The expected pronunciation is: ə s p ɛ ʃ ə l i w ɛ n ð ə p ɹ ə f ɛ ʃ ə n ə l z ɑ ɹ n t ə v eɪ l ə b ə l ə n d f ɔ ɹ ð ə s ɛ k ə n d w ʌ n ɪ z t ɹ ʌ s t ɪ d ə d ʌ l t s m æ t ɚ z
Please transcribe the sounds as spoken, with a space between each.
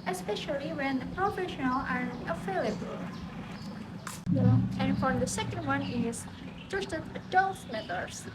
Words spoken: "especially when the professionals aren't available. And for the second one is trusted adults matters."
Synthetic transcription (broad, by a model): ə s p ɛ ʃ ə l i w ɛ n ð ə p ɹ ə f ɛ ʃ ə n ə l ɑ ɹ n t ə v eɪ l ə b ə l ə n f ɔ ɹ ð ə s ɛ k ə n d w ʌ n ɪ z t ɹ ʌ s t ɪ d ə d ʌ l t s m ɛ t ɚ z